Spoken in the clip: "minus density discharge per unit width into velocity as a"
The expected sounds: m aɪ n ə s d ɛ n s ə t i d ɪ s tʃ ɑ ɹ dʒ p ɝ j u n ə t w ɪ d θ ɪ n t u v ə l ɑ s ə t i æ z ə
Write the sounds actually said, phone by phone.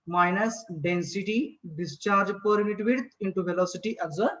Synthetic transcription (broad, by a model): m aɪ n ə s d ɛ n s ə t i d ɪ s tʃ ɑ ɹ dʒ p ɝ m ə t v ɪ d t ɪ n t u v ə l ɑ s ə t i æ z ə